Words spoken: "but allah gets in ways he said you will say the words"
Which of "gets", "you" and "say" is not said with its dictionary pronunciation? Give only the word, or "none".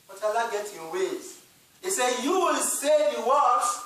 gets